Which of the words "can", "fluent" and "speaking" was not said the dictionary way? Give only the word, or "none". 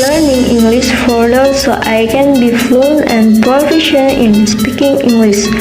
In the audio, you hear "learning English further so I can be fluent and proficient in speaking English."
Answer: fluent